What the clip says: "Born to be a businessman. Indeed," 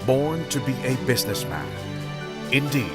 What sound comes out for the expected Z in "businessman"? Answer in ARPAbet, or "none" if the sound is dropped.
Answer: Z